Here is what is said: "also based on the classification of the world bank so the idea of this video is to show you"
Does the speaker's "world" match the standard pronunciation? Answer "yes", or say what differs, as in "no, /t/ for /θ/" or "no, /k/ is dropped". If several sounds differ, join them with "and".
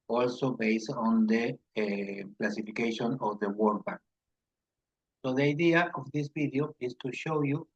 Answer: no, /l/ is dropped